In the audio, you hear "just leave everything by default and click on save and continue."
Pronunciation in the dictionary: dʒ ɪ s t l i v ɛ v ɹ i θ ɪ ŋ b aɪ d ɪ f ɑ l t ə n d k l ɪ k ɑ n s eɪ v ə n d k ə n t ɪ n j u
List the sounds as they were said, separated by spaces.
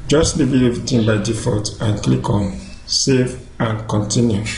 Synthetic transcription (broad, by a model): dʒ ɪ s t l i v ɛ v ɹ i t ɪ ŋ b aɪ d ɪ f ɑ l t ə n k l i k ɑ n s eɪ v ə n k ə n t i n j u